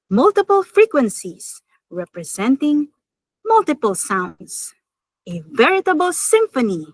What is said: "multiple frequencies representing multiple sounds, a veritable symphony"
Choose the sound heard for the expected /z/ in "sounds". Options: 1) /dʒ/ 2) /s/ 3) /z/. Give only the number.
2